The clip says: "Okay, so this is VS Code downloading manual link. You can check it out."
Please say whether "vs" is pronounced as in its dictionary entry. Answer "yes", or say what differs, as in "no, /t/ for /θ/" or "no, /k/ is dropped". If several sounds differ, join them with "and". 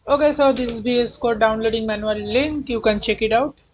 no, /b/ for /v/